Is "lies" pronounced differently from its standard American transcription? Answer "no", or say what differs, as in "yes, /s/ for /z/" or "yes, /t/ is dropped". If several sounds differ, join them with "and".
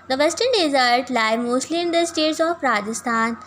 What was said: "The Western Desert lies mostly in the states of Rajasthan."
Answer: yes, /z/ is dropped